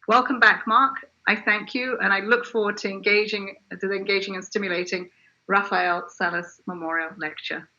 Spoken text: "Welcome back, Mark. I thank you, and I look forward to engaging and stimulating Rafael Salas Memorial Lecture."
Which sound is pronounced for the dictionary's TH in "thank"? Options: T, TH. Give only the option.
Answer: TH